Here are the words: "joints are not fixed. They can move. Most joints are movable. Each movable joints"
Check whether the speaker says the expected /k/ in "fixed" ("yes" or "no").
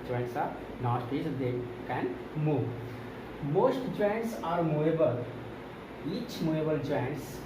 no